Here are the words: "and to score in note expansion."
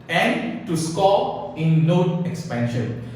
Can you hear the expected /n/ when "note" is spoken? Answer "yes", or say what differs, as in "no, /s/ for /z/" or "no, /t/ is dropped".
no, /l/ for /n/